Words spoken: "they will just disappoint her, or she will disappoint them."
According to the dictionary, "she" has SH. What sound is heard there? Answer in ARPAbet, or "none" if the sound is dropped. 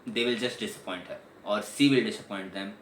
S